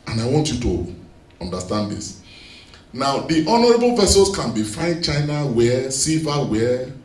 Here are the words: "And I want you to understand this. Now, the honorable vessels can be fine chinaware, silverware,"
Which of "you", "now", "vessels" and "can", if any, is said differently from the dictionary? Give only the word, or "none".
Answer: vessels